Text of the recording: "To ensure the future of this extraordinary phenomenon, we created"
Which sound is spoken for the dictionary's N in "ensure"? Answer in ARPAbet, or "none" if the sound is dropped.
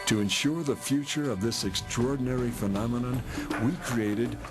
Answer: N